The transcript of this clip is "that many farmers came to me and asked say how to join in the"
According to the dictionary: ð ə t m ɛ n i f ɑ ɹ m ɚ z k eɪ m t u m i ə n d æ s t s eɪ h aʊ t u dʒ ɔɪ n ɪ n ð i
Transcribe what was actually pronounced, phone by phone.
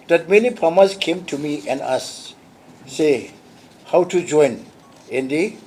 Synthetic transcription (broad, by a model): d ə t m ɛ n i p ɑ m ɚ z k eɪ m t u m i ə n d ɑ s s eɪ h aʊ t u dʒ ɔɪ n ɪ n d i